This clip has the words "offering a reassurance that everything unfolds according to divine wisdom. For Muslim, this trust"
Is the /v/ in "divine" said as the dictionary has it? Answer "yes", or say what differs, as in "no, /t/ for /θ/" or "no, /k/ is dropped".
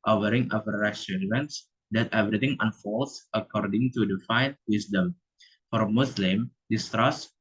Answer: no, /f/ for /v/